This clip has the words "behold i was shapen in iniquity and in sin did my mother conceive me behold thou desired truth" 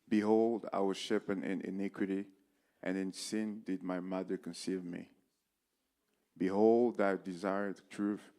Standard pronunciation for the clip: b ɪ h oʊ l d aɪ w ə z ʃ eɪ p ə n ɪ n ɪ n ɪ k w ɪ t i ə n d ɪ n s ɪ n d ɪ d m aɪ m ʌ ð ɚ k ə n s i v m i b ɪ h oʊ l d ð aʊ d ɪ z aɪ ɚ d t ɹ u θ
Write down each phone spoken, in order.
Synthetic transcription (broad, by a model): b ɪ h oʊ l d aɪ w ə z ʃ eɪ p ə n ɪ n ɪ n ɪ k w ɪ t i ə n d ɪ n s ɪ n d ɪ d m aɪ m ʌ ð ɚ k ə n s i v m i b ɪ h oʊ l d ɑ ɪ d ɪ z aɪ ɚ d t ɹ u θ